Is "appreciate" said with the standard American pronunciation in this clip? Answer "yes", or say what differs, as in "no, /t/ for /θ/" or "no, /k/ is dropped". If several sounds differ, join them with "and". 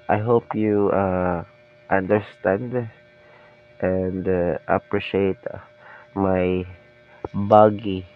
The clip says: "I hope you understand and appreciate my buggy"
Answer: yes